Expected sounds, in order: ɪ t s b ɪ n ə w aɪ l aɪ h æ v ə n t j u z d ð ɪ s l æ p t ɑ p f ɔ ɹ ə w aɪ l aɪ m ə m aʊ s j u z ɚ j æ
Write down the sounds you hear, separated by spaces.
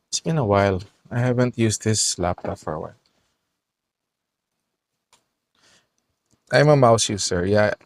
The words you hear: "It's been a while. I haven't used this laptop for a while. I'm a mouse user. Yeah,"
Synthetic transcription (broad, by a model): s b ɪ n ə w aɪ l aɪ h æ v ə n t j u s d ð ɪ s l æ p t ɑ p f ɔ ɹ w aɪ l aɪ m ə m aʊ s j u s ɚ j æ